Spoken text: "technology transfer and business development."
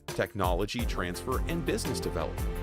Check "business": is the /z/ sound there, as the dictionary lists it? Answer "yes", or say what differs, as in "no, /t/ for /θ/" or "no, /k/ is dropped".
yes